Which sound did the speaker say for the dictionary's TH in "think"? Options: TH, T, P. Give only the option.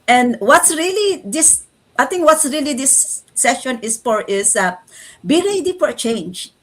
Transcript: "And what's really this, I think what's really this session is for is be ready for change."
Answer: T